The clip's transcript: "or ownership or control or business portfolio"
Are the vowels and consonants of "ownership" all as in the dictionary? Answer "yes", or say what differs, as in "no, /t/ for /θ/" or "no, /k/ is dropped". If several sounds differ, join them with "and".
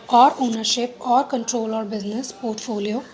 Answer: yes